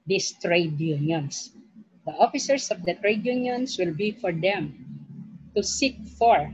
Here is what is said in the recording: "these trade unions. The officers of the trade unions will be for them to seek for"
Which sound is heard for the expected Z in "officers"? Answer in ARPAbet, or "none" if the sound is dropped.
S